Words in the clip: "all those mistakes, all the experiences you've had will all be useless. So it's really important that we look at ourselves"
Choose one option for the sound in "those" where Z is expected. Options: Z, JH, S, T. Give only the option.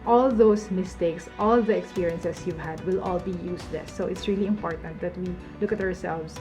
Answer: S